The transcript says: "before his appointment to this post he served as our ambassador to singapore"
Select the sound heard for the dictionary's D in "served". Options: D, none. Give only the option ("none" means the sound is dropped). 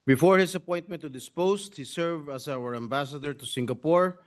none